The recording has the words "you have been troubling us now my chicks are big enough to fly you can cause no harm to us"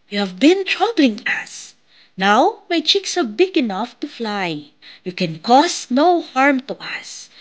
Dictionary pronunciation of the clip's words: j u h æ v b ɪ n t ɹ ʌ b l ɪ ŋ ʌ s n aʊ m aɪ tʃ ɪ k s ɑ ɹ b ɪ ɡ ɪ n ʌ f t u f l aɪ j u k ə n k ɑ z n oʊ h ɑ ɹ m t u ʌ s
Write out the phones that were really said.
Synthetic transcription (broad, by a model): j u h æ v b ɪ n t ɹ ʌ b l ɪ ŋ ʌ s n aʊ m aɪ tʃ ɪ k s ɑ ɹ b ɪ ɡ ɪ n ʌ f t u f l aɪ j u k ə n k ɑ s n oʊ h ɑ ɹ m t u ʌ s